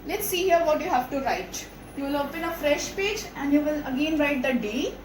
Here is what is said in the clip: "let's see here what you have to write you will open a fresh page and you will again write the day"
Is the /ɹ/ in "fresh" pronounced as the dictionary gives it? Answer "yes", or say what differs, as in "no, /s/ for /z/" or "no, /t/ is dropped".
yes